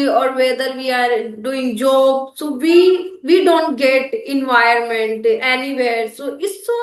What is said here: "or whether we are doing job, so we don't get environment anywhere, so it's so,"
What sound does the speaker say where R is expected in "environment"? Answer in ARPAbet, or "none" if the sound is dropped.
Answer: none